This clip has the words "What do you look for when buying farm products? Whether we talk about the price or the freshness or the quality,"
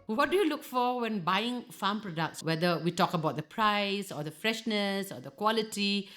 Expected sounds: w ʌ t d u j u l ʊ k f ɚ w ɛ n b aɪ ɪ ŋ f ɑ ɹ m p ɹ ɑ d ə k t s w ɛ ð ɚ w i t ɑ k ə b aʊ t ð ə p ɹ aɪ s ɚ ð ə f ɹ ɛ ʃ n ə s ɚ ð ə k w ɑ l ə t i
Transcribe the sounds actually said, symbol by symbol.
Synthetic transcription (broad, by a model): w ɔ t d u j u l ʊ k f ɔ w ɛ n b aɪ ɪ ŋ f ɑ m p ɹ ɑ d ə k t s w ɛ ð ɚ w i t ɑ k ə b aʊ t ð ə p ɹ aɪ s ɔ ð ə f ɹ ɛ ʃ n ə s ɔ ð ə k w ɑ l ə t i